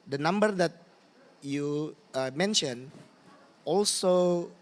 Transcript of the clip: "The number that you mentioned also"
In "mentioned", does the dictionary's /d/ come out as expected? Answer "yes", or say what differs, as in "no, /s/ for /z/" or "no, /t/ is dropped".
no, /d/ is dropped